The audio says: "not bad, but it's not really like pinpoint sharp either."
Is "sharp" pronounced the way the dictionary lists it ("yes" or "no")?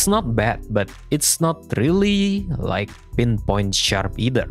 yes